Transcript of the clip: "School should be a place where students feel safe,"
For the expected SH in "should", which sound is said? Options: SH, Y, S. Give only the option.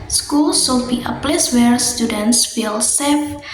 S